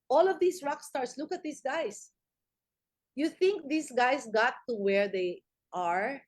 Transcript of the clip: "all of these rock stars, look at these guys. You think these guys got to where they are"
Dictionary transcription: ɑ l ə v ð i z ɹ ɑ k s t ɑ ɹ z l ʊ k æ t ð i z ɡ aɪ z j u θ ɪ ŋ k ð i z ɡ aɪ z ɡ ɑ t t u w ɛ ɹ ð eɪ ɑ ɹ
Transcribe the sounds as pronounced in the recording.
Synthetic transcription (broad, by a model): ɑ l ə v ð i s ɹ ɑ k s t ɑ ɹ s l ʊ k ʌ t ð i s ɡ aɪ s j u θ ɪ ŋ k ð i s ɡ aɪ s ɡ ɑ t t u w ɛ ɹ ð eɪ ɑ ɹ